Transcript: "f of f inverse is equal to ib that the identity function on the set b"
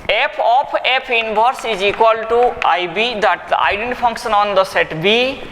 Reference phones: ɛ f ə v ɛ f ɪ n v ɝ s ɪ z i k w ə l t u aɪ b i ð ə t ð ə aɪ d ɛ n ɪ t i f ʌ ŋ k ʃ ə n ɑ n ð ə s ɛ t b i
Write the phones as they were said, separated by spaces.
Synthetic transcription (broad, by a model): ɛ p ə p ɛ p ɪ n b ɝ s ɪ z i k w ə l t u aɪ b i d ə t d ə aɪ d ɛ n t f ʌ ŋ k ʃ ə n ɑ n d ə s ɛ t b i